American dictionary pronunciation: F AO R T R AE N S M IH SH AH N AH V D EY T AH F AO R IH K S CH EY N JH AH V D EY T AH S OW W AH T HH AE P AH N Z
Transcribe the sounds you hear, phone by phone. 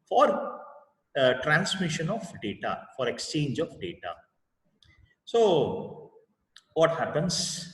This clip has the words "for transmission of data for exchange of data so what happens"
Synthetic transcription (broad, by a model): F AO R T R AE N S M IH SH AH N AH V D EY T AH F AO R IH K S CH EY N JH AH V D EY T AH S OW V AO T HH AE P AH N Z